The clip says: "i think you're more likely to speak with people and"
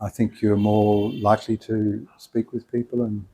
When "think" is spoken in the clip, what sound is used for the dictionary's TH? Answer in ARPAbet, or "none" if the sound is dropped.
TH